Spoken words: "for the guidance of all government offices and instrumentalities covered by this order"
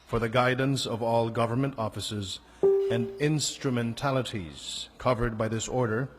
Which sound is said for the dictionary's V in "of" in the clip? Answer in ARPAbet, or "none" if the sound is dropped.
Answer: V